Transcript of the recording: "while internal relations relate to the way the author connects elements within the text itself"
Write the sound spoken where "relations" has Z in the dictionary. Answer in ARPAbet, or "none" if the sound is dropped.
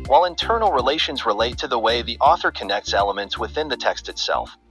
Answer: Z